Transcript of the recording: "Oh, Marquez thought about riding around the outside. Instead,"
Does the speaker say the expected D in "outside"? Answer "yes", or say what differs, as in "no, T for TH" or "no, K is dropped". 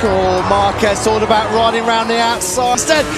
no, D is dropped